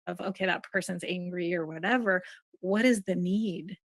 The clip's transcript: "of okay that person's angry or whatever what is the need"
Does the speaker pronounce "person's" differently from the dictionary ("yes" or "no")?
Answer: no